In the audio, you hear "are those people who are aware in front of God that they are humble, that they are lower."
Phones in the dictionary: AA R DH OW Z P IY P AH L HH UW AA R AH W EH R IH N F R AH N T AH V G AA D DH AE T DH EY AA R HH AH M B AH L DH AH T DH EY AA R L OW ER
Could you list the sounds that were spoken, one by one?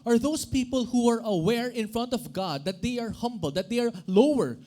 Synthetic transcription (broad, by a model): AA R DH OW S P IY P AH L HH UW AA R AH W EH R IH N F R AH N T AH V G AA D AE T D EY AA R HH AH M B AH L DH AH T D EY AA R L OW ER